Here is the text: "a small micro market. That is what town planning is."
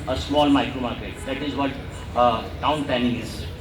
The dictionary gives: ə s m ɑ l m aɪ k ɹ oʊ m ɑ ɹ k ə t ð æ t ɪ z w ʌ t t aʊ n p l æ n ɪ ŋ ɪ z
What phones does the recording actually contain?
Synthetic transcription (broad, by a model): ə s m ɑ l m aɪ k ɹ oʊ m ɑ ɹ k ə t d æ t ɪ z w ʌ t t aʊ n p æ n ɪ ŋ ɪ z